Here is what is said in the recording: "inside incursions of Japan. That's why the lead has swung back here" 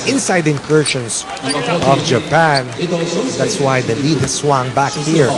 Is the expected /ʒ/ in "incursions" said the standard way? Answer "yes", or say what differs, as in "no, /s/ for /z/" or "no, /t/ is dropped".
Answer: no, /ʃ/ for /ʒ/